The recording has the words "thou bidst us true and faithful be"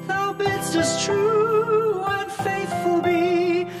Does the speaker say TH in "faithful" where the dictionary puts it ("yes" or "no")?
yes